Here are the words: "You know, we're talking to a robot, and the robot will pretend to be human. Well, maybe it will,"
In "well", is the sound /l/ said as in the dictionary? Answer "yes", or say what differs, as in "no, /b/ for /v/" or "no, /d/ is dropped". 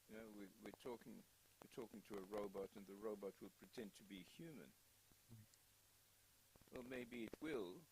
yes